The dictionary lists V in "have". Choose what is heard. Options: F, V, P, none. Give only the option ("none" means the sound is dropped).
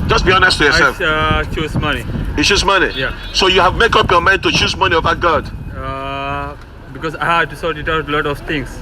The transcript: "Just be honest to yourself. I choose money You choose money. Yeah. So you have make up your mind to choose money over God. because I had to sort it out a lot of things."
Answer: V